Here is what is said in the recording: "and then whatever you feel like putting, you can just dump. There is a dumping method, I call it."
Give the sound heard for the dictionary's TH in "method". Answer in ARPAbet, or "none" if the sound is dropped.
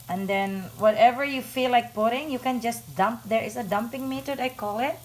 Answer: T